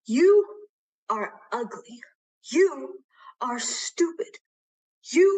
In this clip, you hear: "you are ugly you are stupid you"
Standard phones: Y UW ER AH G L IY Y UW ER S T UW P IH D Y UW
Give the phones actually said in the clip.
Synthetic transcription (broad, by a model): Y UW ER AH G L IY Y UW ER S T UW P IH D Y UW